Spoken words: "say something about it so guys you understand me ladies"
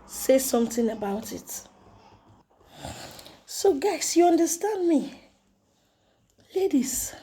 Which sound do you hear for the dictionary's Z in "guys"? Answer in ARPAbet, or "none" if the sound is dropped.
S